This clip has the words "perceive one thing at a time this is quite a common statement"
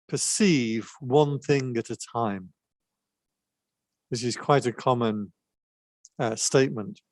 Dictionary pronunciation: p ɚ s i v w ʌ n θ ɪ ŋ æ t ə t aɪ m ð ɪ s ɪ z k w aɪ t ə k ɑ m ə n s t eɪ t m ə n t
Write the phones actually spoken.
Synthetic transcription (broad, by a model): p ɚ s i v w ʌ n θ ɪ ŋ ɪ t ə t aɪ m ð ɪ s ɪ z k w aɪ t ə k ɑ m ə n s t eɪ t m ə n t